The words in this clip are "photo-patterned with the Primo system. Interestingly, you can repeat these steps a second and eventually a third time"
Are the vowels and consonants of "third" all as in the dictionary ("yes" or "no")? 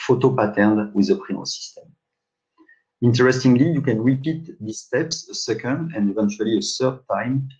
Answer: no